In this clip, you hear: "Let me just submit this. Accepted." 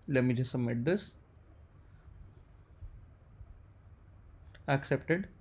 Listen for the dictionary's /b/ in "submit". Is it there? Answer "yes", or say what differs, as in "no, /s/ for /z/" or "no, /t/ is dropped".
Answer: no, /b/ is dropped